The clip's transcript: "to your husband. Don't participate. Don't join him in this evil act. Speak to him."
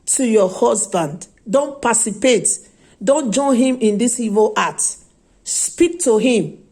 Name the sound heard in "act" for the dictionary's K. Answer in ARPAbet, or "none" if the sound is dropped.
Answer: none